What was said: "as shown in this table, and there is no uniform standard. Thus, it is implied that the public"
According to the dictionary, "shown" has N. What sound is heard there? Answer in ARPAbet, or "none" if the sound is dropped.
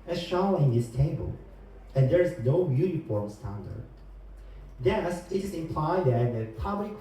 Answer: L